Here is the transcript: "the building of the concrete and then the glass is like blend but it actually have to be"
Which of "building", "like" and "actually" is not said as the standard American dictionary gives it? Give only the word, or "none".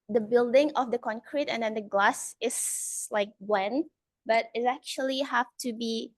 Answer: none